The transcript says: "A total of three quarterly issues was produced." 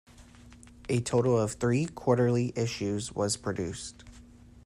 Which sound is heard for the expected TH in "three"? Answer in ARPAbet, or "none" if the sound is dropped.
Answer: TH